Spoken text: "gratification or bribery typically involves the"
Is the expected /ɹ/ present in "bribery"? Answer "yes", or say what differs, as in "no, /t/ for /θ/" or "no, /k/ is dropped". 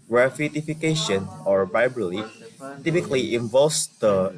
no, /ɹ/ is dropped